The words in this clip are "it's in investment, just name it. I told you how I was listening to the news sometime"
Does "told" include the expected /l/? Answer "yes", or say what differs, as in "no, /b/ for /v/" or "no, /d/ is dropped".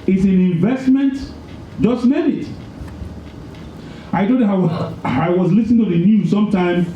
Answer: no, /l/ is dropped